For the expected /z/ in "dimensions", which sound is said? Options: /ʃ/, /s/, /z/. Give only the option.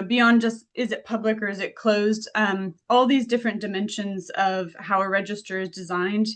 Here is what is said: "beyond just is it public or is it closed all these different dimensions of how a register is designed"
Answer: /z/